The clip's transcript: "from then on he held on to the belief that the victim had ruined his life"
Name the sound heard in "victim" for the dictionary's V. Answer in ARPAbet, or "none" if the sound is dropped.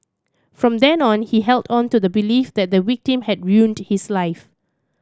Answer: W